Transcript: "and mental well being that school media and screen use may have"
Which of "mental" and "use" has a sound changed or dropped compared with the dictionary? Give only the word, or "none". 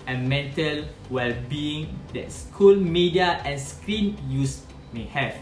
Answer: none